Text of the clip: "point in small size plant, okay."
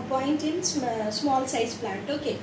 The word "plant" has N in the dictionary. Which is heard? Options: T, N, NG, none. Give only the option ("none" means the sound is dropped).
none